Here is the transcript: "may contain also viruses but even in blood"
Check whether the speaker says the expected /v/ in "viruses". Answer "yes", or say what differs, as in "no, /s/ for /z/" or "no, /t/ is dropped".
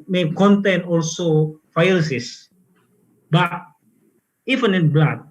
no, /f/ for /v/